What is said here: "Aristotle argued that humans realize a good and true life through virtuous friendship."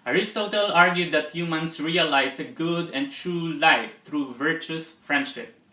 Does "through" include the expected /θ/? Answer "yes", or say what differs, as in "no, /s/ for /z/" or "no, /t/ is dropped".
no, /t/ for /θ/